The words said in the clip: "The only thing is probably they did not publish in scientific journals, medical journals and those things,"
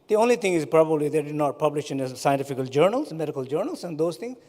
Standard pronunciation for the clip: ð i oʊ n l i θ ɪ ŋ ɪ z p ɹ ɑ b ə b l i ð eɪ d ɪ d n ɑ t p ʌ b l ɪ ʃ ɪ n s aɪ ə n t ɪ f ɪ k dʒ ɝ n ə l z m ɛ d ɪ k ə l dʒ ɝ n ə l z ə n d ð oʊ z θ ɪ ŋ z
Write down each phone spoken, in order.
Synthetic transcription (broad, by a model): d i oʊ n l i t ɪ ŋ ɪ z p ɹ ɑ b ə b l i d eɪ d ɪ d n ɑ t p ʌ b l ɪ ʃ ɪ n s aɪ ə n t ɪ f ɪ k dʒ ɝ n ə l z m ɛ d ɪ k ə l dʒ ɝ n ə l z ə n d oʊ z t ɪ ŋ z